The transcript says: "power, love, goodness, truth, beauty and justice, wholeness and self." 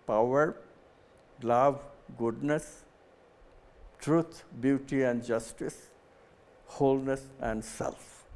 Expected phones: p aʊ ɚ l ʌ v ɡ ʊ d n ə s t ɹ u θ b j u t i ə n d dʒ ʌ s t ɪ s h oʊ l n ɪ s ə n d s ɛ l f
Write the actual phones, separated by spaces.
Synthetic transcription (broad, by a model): p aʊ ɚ l ʌ v ɡ ʊ d n ə s t ɹ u t b j u t i ə n d dʒ ʌ s t ɪ s h oʊ l n ɪ s ə n d s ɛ l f